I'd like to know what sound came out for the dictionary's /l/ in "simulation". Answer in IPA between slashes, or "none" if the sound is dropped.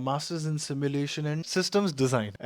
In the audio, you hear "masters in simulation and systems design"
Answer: /l/